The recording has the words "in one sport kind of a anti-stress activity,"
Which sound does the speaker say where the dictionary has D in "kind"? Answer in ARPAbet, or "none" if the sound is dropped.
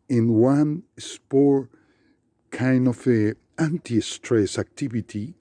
D